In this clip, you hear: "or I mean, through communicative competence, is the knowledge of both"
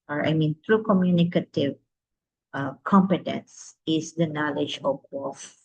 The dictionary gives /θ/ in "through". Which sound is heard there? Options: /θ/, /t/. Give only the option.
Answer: /t/